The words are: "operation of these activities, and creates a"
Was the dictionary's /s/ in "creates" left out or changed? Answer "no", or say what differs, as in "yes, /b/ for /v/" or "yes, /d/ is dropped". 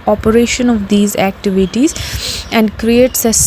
no